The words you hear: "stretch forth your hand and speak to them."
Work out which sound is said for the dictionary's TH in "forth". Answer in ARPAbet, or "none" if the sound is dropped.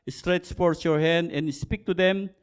S